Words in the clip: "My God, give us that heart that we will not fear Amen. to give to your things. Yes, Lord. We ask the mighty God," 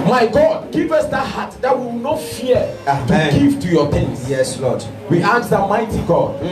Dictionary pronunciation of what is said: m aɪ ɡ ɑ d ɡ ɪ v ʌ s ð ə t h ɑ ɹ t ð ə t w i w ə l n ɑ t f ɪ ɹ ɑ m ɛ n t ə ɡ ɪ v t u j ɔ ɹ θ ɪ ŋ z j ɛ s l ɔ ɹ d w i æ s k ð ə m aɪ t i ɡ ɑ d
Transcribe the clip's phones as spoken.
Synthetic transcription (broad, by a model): m aɪ ɡ ɑ d ɡ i v ʌ s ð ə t h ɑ t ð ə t w i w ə n ɑ t f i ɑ ɑ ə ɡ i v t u j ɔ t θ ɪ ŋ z j ɛ s l ɔ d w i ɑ k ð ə m aɪ t i ɡ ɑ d